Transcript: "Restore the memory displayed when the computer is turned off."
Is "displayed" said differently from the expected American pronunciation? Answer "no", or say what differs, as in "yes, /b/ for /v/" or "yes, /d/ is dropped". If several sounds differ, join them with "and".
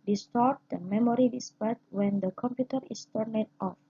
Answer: yes, /l/ is dropped